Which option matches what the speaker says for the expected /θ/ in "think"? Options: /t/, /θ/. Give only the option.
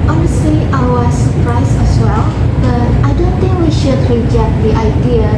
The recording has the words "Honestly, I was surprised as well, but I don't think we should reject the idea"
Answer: /t/